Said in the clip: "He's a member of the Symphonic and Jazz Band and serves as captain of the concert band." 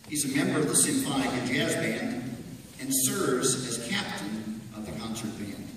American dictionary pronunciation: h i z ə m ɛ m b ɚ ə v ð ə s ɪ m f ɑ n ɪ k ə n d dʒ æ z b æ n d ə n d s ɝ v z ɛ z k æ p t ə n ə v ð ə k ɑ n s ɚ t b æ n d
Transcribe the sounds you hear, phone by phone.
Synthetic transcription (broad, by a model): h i z ə m ɛ m b ɚ ə v ð ə s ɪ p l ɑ ɪ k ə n dʒ æ z b æ n d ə n s ɝ v z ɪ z k æ p t ə n ə v ð ə k ɑ n s ɚ t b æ n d